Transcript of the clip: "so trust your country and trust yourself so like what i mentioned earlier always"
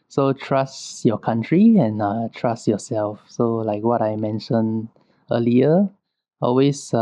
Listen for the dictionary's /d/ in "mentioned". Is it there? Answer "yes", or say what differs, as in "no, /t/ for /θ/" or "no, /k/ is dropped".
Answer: no, /d/ is dropped